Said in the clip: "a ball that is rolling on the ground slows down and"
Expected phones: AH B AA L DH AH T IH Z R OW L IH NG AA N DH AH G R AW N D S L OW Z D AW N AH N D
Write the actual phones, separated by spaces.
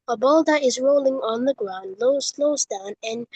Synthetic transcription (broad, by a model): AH B AA L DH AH T IH Z R OW L IH NG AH N DH AH G R AW N D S L OW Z D AW N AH N